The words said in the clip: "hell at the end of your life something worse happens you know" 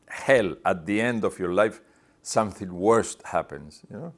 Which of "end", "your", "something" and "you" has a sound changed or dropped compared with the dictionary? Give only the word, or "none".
none